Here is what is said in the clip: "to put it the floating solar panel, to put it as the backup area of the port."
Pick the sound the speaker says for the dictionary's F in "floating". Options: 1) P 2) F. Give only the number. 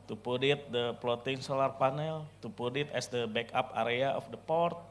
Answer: 1